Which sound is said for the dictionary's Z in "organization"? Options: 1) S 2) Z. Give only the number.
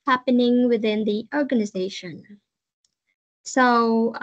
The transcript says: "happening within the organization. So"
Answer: 2